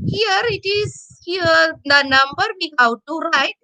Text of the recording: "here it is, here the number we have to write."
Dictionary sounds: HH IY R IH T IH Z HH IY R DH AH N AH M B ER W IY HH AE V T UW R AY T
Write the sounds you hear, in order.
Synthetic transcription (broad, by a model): HH IY R IH T IH Z HH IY R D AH N AH M B ER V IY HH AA W T UW R AY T